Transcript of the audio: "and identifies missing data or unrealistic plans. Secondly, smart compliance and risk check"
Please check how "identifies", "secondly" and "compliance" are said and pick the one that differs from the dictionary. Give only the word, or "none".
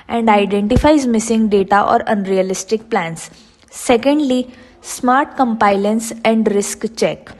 compliance